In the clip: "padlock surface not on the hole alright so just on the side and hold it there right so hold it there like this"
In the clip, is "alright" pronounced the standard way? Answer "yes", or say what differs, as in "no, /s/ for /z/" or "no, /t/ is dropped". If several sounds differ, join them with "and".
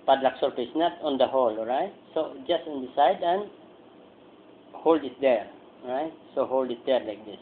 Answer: no, /l/ is dropped